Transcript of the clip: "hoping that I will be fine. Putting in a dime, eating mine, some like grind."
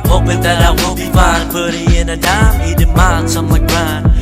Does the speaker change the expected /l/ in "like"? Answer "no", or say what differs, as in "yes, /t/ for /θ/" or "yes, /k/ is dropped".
yes, /w/ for /l/